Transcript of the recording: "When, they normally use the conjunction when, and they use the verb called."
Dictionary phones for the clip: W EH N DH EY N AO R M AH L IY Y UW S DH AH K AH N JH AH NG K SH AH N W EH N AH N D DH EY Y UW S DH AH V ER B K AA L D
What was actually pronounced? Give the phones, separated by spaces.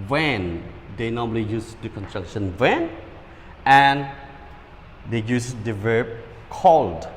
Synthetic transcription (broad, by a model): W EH N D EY N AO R M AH L IY Y UW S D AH K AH N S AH K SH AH N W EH N AH N D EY Y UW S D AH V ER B K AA L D